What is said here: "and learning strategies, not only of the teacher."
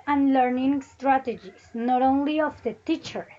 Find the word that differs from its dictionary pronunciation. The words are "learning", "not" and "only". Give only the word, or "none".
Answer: none